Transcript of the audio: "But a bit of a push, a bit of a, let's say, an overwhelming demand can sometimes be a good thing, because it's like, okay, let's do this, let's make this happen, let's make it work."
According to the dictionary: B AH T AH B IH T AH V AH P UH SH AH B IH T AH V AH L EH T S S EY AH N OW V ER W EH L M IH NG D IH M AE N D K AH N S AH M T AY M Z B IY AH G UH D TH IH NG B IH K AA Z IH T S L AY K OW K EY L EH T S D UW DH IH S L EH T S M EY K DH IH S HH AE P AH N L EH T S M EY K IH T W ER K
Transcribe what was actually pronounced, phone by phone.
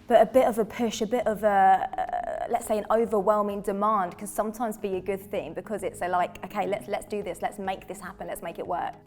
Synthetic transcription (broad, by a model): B AH T AH B IH T AH V AH P UH SH AH B IH T AH V AH L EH T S S EY AH N OW V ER W EH L M IH NG D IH M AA N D K AH N S AH M T AY M Z B IY AH G UH D TH IH NG B IH K AA Z IH T S L AY K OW K EY L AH T S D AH DH IH S L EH T S M EY K DH IH S HH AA P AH N L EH T S M EY K IH T W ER K